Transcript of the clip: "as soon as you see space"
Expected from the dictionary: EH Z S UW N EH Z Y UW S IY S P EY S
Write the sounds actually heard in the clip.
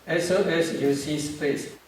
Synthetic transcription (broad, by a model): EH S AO EH S Y UW S IY S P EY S